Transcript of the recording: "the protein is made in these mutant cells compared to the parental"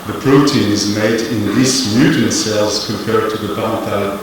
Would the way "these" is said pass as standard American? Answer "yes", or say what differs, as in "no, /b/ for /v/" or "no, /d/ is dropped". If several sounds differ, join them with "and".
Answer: no, /s/ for /z/